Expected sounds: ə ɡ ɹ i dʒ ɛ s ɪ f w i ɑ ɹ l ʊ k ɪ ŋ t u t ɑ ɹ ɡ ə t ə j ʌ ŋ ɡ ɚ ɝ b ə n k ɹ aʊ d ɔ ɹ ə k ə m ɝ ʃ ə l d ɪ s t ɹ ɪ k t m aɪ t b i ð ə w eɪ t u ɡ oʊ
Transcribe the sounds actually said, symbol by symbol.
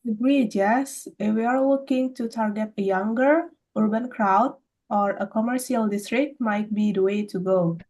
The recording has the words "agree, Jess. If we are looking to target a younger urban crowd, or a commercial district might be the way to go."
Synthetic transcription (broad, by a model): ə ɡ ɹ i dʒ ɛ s ɪ f w i ɑ ɹ w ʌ k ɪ ŋ t u t ɑ ɹ ɡ ə t ə j ʌ ŋ ɡ ɚ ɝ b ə n k ɹ aʊ d ɔ ɹ ə k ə m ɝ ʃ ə l d ɪ s t ɹ ɪ k t m aɪ t b i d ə w eɪ t u ɡ oʊ